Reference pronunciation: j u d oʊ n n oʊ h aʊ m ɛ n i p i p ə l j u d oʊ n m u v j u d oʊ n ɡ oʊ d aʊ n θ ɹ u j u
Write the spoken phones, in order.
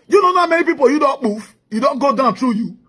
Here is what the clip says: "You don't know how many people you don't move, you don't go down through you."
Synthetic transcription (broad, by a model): j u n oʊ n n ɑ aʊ m ɛ n i p i p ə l j u d oʊ n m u f j u d oʊ n ɡ oʊ d aʊ n t ɹ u j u